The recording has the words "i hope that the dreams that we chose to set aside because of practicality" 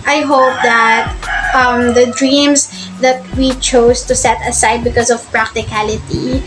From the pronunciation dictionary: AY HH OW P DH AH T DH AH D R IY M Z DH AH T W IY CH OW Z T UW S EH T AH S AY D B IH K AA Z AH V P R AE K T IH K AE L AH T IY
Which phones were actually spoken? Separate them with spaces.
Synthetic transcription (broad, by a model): AY HH OW P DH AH T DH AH D R IY M S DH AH T W IY CH OW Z T UW S EH T AH S AY D B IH K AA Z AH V P R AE K T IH K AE L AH T IY